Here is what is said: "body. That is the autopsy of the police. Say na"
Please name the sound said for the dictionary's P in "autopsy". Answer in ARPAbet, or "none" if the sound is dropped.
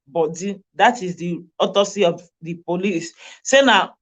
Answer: none